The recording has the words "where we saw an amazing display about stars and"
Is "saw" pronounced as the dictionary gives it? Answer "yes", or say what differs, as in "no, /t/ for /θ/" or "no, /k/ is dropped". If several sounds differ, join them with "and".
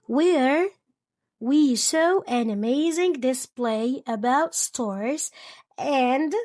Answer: no, /ʃ/ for /s/